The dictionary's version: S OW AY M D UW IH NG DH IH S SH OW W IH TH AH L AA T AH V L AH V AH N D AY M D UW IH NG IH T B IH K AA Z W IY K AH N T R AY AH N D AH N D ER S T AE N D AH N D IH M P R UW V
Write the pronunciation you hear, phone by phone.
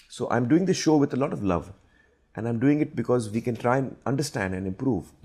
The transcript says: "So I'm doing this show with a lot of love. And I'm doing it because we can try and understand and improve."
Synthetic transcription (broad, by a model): S OW AY M D UW IH NG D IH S SH OW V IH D AH L AA T AH V L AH V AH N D AY M D UW IH NG IH T B IH K AA Z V IY K AH N T R AY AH N AH N D ER S T AE N D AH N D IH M P R UW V